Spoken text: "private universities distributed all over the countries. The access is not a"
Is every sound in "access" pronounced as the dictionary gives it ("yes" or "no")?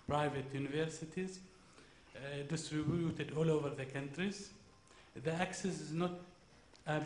yes